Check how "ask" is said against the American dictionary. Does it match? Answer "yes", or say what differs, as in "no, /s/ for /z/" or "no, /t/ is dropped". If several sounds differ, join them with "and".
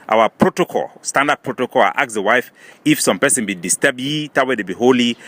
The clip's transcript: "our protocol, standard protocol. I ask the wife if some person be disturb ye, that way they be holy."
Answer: no, /s/ is dropped